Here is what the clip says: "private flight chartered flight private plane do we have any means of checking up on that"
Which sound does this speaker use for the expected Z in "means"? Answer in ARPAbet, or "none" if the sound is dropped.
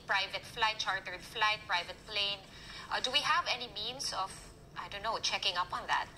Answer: S